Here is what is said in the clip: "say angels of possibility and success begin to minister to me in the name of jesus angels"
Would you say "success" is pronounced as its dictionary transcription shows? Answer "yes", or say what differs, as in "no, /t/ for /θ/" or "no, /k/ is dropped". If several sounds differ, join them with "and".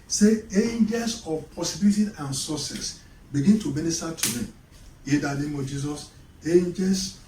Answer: no, /k/ is dropped